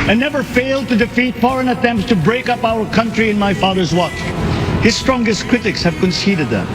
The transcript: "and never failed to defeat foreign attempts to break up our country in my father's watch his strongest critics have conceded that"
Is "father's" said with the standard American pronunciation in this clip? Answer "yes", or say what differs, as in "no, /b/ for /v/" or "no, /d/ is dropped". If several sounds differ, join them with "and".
yes